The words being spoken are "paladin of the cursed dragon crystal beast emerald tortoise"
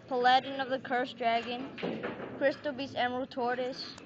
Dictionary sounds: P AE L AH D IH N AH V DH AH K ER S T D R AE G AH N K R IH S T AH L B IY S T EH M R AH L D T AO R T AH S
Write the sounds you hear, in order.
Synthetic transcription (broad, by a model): P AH L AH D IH N AH V DH AH K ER S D R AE G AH N K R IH S T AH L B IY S EH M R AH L T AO R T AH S